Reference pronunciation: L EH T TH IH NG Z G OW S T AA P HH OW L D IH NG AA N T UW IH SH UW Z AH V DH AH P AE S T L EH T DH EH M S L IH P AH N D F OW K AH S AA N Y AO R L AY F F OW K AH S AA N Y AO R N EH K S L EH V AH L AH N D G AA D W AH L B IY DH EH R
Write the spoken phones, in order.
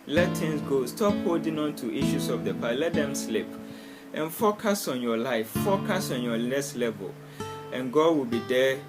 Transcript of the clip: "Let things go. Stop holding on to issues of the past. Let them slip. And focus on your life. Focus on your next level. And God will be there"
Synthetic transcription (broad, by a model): L EH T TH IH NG S G OW S T AA P HH OW L D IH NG AA N T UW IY SH UW S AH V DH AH P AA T L EH T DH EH M S L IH P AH N F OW K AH S AA N Y AO L AY F F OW K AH S AA N Y AO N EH S L EH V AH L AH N G AA D W AH L B IY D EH